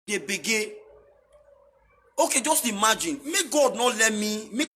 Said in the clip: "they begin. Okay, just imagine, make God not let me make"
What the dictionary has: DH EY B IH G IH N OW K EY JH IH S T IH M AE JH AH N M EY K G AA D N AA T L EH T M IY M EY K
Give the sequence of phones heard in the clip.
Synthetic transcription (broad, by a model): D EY B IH G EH OW K EY JH IH S T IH M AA JH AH N M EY G AA D N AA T L EH T M IY M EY